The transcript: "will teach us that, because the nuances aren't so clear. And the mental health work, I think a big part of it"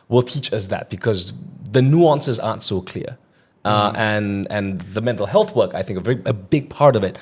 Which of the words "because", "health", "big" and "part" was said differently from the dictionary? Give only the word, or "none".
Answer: none